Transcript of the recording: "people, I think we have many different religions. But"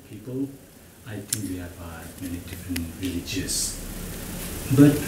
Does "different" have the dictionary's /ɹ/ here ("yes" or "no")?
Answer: yes